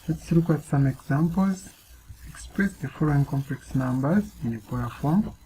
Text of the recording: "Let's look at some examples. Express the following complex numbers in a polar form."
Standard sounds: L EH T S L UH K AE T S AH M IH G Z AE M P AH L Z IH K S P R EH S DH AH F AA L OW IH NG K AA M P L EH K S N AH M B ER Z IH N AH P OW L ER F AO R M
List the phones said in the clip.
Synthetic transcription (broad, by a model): L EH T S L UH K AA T S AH M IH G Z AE M P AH L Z IH K S P R EH S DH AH F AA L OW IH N K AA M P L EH K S N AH M B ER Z IH N AH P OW ER F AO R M